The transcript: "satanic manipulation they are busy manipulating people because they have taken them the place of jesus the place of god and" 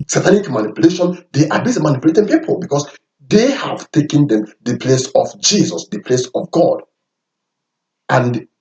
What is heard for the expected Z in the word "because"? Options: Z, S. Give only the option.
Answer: S